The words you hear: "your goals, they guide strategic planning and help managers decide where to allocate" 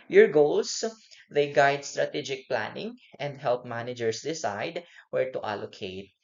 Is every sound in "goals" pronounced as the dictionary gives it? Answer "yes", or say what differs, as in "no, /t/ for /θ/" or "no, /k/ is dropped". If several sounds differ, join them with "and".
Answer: no, /s/ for /z/